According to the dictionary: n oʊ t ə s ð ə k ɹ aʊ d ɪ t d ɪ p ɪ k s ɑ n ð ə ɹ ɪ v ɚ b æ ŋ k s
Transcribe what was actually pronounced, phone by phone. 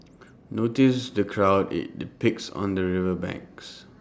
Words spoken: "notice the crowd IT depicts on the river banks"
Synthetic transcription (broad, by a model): n oʊ t ə s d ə k ɹ aʊ d ɪ t d ɪ p ɪ k s ɑ n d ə ɹ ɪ v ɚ b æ ŋ k s